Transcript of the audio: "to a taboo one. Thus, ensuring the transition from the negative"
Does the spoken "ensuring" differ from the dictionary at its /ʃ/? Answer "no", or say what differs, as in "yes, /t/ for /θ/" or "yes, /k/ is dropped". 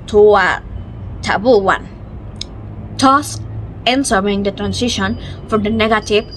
yes, /s/ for /ʃ/